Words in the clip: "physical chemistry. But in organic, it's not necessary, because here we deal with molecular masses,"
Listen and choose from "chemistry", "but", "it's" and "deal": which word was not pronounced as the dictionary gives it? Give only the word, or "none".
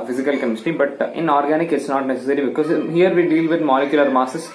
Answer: chemistry